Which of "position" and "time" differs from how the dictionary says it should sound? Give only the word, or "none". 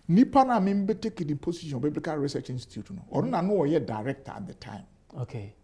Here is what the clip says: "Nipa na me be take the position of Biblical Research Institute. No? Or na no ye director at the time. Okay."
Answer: position